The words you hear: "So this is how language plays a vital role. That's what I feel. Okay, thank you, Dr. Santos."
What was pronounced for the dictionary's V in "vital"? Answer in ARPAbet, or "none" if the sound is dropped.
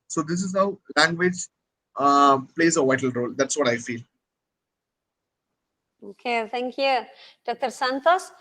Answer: V